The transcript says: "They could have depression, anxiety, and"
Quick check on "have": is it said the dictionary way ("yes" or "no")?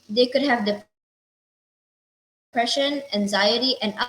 yes